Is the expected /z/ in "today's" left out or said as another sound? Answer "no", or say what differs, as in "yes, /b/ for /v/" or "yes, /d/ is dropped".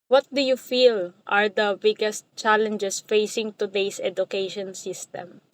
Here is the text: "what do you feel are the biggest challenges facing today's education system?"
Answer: yes, /s/ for /z/